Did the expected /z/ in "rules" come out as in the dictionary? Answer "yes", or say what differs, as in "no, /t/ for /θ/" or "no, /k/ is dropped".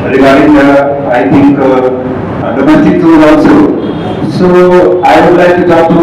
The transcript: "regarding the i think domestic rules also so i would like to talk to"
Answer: no, /z/ is dropped